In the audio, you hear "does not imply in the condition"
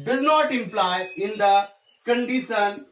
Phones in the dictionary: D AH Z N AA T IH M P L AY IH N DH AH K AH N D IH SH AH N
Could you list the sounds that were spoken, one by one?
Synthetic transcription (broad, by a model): D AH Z N AA T IH M P L AY IH N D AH K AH N D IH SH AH N